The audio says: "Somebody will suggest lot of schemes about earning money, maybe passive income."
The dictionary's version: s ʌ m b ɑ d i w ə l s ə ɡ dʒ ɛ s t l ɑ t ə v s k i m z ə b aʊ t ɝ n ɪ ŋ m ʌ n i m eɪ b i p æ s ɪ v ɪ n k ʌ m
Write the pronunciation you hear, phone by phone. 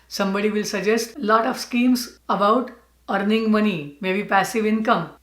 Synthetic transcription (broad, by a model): s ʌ m b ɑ d i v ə l s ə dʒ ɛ s t l ɑ t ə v s k i m s ə b aʊ t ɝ n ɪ ŋ m ʌ n i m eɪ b i p æ s ɪ v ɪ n k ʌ m